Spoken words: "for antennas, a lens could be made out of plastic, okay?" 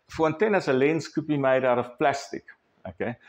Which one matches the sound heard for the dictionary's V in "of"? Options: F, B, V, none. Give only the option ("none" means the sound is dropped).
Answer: F